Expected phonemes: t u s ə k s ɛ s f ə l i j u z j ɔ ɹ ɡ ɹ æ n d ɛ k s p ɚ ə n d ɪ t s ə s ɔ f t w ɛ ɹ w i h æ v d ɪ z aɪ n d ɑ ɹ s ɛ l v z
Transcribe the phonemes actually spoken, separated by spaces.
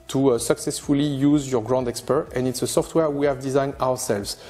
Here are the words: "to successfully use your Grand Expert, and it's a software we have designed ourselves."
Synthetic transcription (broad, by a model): t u s ə k s ɛ s f ə l i j u z j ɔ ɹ ɡ ɹ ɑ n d ɛ k s p ɚ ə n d ɪ t s ə s ɔ f t w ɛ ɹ w i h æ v d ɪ z aɪ n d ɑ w s ɛ l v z